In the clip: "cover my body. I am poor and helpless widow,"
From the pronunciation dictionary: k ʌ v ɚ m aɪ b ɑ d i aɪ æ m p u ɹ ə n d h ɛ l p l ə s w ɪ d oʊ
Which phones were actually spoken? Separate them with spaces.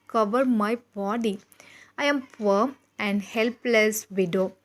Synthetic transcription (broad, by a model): k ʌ v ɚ m aɪ b ɑ d i aɪ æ m f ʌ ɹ ə n d h ɛ l p l ə s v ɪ d oʊ